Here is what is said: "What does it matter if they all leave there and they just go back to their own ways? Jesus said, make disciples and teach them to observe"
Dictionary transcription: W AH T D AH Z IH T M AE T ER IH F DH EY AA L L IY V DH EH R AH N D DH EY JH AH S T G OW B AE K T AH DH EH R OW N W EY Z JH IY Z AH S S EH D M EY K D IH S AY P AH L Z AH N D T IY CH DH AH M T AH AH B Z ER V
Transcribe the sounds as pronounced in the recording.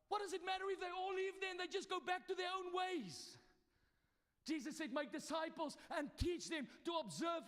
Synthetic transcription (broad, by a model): W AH T D AH Z IH T M AE T ER IH F DH EY AA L L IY V DH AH N DH EY JH AH S G OW B AE K T AH DH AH R OW N W EY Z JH IY Z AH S S EH D M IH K D IH S AY P AH L Z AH N T IY CH DH AH M T AH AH B Z ER V